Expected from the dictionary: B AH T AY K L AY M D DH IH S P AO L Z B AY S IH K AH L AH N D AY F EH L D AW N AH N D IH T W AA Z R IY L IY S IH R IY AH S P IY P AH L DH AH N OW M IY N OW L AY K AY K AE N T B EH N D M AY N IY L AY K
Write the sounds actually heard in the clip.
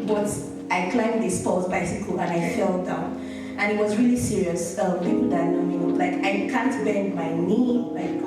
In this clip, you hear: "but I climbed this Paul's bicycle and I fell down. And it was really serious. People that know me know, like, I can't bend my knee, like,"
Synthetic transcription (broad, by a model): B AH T AY K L AY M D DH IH S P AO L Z B AY S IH K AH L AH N AY F EH L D AW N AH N IH T W AA Z R IY L IY S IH R IY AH S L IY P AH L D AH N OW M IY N L AY K AY K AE N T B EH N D M AY N IY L AY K